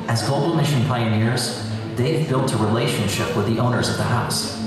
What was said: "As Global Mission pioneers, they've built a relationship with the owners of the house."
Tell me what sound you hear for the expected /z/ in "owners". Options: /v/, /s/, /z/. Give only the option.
/z/